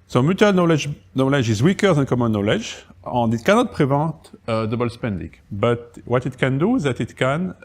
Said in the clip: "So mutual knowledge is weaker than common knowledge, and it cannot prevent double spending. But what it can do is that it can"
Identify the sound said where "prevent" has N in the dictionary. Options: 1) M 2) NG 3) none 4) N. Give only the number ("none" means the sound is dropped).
3